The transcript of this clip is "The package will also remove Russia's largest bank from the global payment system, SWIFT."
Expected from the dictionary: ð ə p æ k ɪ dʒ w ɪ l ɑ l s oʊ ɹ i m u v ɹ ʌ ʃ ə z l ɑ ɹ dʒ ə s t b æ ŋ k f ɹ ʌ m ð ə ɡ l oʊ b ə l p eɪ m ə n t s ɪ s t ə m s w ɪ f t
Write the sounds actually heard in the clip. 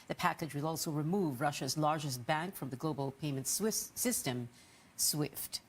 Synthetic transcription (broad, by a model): ð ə p æ k ɪ dʒ w ɪ l ɑ l s oʊ ɹ i m u v ɹ ʌ ʃ ə z l ɑ ɹ dʒ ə s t b æ ŋ k f ɹ ʌ m ð ə ɡ l oʊ b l p eɪ m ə n t s ɪ s t ə m s w ɪ f t